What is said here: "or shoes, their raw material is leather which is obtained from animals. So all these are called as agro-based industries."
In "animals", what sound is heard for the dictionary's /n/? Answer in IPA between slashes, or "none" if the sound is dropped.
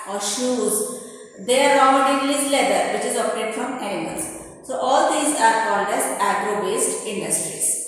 none